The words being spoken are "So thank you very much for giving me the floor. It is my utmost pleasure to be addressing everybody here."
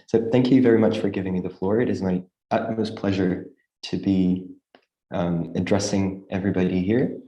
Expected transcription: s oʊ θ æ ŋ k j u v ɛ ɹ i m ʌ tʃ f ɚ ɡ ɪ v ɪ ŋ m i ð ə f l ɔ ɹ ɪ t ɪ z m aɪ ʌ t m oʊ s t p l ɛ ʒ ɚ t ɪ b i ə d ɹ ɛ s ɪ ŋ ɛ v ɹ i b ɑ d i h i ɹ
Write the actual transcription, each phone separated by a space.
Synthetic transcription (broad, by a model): s oʊ θ æ ŋ k j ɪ v ɛ ɹ i m ʌ tʃ f ɚ ɡ ɪ v ɪ ŋ m i ð ə f l ɔ ɹ ɪ t ɪ z m aɪ ʌ t m oʊ s p l ɛ ʒ ɚ t ɪ b i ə d ɹ ɛ s ɪ ŋ ɛ v ɹ i b ɑ d i h i ɹ